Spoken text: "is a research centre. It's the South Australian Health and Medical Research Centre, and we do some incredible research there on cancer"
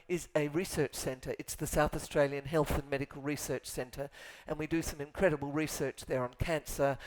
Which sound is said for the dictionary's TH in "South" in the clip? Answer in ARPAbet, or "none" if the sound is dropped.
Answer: TH